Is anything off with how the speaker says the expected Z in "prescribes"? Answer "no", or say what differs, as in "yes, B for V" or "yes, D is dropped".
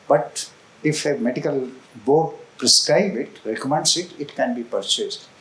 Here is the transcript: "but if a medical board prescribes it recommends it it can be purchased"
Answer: yes, Z is dropped